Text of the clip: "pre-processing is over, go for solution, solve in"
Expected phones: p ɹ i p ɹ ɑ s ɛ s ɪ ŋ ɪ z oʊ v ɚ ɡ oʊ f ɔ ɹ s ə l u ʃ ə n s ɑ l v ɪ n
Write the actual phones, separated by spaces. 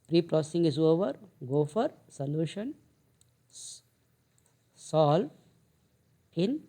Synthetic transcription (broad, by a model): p ɹ i p ɹ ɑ s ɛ s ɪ ŋ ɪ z oʊ v ɚ ɡ oʊ f ɔ ɹ s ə l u ʃ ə n s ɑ l ɪ n